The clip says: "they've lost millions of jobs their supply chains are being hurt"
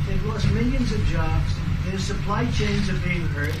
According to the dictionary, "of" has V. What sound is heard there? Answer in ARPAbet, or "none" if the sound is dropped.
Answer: V